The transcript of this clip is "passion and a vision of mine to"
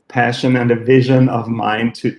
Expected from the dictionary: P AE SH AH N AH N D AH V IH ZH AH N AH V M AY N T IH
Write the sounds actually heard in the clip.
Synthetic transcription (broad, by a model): P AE SH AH N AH N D AH V IH ZH AH N AH V M AY N T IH